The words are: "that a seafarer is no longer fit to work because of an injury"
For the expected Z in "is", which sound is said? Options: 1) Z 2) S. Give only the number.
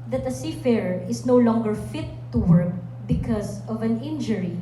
2